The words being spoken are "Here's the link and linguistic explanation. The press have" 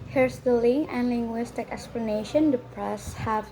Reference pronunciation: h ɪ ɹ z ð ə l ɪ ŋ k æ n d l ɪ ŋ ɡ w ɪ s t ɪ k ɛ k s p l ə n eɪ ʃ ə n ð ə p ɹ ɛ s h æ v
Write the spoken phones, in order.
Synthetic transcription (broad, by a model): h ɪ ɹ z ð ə l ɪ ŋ æ n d l ɪ ŋ ɡ w ɪ s t ɪ k ɛ k s p l ə n eɪ ʃ ə n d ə p ɹ ɛ s h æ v